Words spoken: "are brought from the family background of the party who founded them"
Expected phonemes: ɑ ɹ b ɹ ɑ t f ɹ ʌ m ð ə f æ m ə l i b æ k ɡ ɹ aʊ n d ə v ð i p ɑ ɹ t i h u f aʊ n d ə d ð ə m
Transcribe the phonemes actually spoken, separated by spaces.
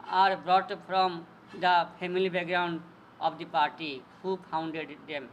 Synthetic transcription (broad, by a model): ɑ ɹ b ɹ ɑ t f ɹ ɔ m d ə p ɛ m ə l i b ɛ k ɡ ɹ aʊ n d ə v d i p ɑ ɹ t i h u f aʊ n d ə d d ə m